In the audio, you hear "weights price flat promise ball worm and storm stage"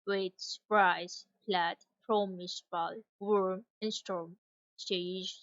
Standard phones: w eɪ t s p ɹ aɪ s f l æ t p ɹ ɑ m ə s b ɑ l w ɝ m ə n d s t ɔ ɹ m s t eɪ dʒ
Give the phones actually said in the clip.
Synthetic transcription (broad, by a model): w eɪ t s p ɹ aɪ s p l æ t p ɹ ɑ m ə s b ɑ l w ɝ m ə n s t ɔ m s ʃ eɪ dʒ